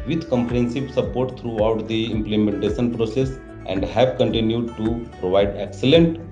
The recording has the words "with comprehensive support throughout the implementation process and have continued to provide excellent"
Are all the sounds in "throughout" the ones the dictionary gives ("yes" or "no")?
no